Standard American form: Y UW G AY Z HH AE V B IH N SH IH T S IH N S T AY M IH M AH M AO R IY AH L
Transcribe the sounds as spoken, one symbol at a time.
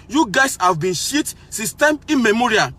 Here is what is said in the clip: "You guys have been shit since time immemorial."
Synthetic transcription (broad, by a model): Y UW G AY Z HH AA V B IH N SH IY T S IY S T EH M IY M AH M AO R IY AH